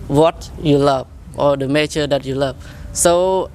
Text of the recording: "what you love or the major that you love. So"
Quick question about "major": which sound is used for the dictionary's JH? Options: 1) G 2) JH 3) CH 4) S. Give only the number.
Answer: 3